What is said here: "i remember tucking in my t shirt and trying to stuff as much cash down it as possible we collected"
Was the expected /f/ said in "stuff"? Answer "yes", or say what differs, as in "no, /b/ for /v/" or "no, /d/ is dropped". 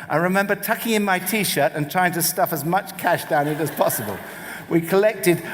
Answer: yes